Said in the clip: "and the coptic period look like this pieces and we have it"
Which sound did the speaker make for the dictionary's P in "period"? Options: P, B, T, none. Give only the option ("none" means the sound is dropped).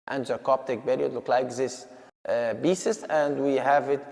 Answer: B